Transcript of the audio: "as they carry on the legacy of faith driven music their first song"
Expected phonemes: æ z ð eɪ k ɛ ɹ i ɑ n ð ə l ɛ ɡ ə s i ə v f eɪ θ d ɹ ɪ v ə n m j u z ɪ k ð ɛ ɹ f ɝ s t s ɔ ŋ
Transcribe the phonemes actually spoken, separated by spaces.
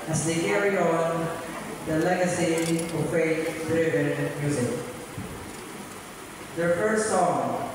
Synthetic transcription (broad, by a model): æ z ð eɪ k ɛ ɹ i ɑ n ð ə l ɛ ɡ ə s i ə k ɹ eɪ t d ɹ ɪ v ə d m j u z ɪ k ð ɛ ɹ f ɝ s t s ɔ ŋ